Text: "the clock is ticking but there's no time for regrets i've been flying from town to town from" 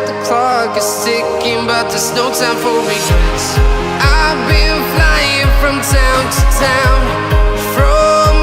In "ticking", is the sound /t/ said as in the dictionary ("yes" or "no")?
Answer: no